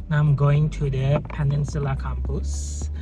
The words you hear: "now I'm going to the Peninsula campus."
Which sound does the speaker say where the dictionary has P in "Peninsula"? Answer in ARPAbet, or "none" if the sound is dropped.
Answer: P